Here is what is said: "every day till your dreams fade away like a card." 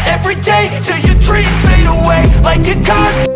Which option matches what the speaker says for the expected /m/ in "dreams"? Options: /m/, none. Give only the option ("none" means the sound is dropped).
none